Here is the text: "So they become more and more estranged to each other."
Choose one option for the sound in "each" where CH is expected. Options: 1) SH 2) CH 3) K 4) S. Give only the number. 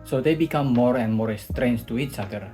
4